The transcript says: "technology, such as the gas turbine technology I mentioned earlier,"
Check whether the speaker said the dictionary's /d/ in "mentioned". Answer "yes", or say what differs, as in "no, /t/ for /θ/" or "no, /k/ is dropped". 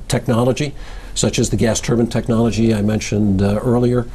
yes